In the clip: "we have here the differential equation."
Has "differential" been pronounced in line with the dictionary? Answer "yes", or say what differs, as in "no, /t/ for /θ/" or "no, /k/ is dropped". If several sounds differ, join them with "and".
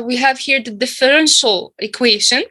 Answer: yes